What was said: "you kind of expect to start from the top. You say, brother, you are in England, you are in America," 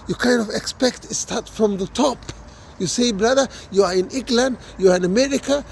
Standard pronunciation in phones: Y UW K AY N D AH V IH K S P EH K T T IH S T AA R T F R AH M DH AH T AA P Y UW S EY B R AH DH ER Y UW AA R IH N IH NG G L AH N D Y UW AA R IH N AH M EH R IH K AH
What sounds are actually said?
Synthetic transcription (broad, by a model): Y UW K AY N D AH V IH K S P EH K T T IH S T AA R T F R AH M DH AH T AA P Y UW S EY B R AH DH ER Y UW AA R IH N IH NG G L AH N D Y UW AA R IH N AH M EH R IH K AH